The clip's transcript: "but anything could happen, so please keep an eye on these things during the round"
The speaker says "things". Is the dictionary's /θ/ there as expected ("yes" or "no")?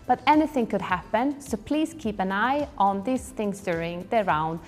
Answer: yes